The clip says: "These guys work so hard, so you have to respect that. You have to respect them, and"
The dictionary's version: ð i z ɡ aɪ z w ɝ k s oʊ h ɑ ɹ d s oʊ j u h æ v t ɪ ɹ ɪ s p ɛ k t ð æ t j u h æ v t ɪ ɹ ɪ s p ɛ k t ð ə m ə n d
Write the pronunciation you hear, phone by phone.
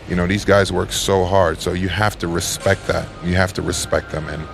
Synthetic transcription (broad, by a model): ð i z ɡ aɪ z w ɝ k s oʊ h ɑ ɹ d s oʊ j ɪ h æ f t ɪ ɹ ɪ s p ɛ k t ð æ t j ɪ h æ f t ɪ ɹ ɪ s p ɛ k t ð ə m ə n